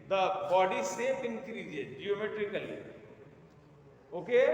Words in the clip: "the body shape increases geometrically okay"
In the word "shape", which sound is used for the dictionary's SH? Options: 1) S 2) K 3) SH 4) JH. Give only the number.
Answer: 1